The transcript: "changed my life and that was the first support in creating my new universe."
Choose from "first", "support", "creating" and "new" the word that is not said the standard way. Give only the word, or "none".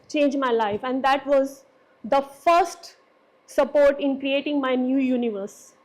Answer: none